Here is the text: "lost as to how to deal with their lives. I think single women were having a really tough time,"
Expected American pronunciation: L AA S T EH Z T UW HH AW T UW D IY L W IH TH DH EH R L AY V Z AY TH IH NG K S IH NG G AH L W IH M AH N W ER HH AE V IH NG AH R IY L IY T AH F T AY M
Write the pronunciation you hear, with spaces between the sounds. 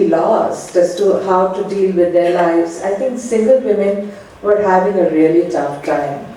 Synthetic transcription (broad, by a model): L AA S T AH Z T UW HH AW T UW D IY L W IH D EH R L AY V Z AY T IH NG K S IH NG G AH L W IH M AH N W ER HH AE V IH NG AH R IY L IY T AH F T AY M